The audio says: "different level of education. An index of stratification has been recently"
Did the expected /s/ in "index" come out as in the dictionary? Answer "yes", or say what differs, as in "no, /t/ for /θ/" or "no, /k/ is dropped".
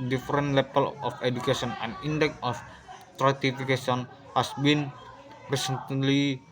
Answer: no, /s/ is dropped